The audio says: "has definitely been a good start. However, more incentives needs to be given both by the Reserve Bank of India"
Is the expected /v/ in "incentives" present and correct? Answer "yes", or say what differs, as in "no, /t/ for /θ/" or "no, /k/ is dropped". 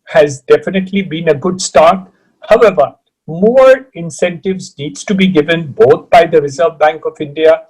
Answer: yes